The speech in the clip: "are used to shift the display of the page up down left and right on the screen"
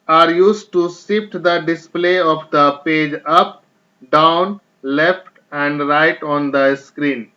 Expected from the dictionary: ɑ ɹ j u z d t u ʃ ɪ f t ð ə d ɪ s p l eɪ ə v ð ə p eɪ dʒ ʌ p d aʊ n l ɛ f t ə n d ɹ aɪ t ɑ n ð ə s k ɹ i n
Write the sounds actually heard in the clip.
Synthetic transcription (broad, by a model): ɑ ɹ j u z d t u s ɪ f t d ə d ɪ s p l eɪ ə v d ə p eɪ dʒ ʌ p d aʊ n l ɛ f t ə n d ɹ aɪ t ɑ n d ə s k ɹ i n